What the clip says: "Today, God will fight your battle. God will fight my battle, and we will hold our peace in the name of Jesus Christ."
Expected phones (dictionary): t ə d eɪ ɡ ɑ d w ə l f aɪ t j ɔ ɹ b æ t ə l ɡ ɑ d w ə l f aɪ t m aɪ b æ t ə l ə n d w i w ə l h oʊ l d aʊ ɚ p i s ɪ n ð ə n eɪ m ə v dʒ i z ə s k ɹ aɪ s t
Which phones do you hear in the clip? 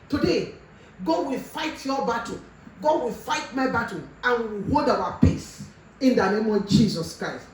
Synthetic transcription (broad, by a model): t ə d eɪ ɡ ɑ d w ə l f aɪ t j ɔ b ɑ t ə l ɡ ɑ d w ə l f aɪ t m aɪ b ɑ t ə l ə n w i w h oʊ d aʊ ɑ p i s ɪ n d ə n eɪ m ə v dʒ i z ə s k ɹ aɪ s t